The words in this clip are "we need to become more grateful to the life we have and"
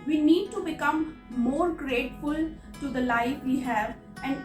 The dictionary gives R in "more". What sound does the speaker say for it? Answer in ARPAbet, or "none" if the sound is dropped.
R